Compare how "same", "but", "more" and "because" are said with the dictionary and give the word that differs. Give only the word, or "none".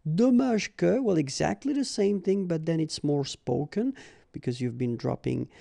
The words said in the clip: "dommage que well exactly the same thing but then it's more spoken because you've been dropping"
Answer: none